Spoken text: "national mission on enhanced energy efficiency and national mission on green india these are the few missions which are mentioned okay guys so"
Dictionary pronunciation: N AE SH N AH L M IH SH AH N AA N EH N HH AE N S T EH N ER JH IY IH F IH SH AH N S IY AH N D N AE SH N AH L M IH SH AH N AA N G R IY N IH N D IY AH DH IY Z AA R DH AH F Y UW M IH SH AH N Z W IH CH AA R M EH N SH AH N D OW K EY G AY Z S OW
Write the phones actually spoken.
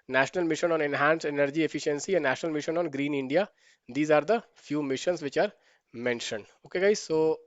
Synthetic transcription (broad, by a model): N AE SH N AH L M IH SH AH N AA N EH N HH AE N S EH N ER JH IY IH F IH SH AH N S IY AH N N AE SH N AH L M IH SH AH N AA N G R IY N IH N D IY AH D IY Z AA R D AH F Y UW M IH SH AH N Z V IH CH AA R M EH N SH AH N D OW K EY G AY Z S OW